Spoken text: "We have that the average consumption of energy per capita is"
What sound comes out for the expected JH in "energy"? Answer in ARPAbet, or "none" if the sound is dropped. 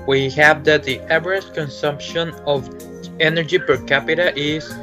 JH